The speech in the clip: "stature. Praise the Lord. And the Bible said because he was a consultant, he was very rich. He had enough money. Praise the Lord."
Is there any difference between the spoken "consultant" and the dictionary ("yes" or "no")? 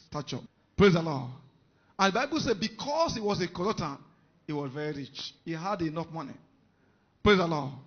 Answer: yes